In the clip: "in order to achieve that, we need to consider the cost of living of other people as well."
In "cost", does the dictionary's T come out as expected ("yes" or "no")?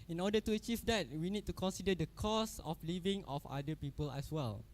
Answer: no